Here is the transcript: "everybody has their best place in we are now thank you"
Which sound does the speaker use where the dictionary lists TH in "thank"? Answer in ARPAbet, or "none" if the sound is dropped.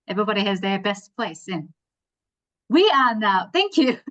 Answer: TH